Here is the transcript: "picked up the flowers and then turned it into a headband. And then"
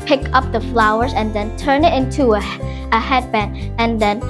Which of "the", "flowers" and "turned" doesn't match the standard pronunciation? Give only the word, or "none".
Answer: turned